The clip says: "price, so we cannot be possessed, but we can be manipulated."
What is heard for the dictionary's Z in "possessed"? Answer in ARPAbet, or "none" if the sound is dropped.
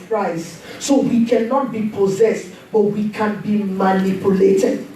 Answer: Z